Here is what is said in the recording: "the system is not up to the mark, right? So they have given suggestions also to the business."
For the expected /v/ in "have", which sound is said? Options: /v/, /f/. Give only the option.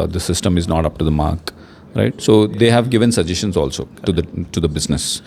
/v/